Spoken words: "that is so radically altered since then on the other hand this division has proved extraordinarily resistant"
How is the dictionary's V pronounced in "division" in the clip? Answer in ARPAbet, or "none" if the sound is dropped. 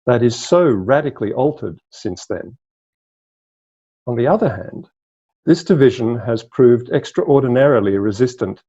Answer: V